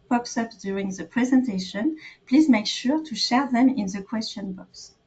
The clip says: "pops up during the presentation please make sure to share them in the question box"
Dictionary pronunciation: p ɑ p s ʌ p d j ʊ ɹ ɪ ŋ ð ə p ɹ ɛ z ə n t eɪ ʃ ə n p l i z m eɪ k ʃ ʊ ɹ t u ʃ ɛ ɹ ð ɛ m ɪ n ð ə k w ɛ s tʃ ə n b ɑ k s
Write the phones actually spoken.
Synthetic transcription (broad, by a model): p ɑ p s ʌ p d j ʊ ɹ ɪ ŋ ð ə p ɹ ɛ z ə n t eɪ ʃ ə n p l i z m eɪ k ʃ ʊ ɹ t u ʃ ɛ ɹ ð ɛ m ɪ n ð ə k w ɛ s tʃ ə n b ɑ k s